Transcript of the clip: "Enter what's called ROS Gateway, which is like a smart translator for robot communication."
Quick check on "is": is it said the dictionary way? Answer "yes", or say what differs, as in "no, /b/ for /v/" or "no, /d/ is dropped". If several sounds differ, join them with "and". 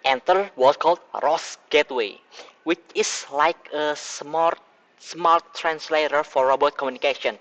no, /s/ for /z/